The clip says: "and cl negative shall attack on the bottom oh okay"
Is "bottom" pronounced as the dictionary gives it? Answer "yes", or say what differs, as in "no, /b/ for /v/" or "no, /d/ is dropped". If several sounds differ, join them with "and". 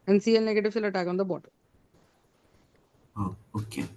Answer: no, /m/ is dropped